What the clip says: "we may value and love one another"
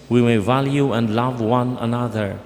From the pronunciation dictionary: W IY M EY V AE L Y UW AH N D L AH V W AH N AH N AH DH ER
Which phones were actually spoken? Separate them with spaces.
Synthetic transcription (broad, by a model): W IY M EY V AE L Y UW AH N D L AH V W AH N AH N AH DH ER